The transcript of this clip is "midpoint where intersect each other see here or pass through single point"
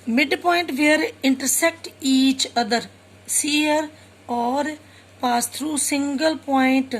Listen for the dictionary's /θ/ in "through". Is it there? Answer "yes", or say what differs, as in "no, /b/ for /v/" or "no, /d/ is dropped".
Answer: no, /t/ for /θ/